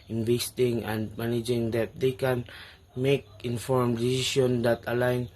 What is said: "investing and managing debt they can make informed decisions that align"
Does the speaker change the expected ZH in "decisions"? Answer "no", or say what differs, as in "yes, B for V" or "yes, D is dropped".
yes, S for ZH